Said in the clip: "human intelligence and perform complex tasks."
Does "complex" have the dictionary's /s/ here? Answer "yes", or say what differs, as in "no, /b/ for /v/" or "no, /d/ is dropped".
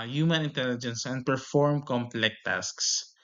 no, /s/ is dropped